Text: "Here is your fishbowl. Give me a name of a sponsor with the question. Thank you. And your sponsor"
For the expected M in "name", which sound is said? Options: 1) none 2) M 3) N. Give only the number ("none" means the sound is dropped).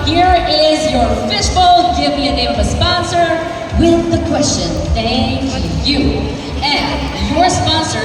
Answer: 1